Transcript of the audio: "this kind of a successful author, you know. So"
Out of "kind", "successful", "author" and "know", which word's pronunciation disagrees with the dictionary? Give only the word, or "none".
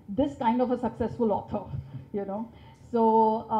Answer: author